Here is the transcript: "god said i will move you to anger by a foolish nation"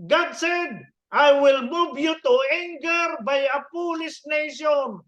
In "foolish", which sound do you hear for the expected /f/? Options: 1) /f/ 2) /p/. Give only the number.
2